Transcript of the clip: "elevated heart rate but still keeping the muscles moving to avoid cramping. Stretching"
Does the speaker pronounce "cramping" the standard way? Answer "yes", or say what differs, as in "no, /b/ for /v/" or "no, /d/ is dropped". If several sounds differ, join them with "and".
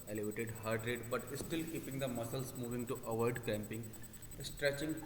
no, /ɹ/ is dropped